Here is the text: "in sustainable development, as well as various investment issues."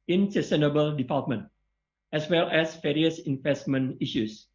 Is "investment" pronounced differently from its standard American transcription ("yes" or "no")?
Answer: yes